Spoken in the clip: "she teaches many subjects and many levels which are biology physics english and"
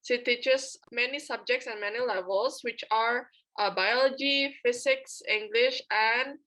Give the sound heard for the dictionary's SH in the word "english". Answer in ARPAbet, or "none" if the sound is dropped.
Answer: SH